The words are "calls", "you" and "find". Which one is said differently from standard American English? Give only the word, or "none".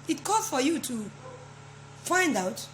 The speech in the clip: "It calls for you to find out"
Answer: calls